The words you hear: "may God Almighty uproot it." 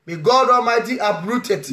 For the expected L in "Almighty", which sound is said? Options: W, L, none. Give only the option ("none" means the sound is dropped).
none